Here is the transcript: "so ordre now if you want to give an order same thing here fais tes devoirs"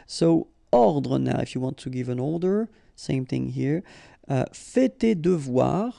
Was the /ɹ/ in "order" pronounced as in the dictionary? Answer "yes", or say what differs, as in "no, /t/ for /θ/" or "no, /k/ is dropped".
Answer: no, /l/ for /ɹ/